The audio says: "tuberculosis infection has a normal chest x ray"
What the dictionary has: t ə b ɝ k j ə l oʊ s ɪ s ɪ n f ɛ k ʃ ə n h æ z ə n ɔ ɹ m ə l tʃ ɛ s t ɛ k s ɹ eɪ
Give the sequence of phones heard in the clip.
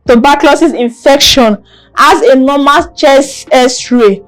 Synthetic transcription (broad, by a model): t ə b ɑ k l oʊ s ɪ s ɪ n f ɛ k ʃ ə n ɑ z ə n ɔ m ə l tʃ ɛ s ɛ s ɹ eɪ